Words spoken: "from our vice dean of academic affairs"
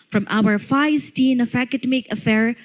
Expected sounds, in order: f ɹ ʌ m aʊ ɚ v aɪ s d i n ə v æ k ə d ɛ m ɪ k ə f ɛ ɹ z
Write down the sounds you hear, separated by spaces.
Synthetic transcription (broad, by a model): f ɹ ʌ m aʊ ɚ f aɪ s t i n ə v æ k ə d ɛ m ɪ k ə f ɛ ɹ